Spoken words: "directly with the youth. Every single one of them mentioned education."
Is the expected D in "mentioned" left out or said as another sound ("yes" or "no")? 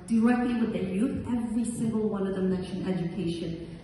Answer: yes